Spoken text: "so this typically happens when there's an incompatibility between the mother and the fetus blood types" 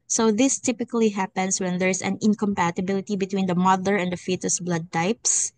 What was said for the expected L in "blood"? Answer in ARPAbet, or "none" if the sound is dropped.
L